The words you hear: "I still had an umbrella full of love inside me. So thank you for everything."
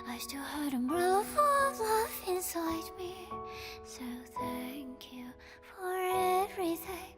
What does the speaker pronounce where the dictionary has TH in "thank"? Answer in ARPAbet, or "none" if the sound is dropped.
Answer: TH